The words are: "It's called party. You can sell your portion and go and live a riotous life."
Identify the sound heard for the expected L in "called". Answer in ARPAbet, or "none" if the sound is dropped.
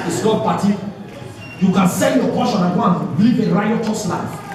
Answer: none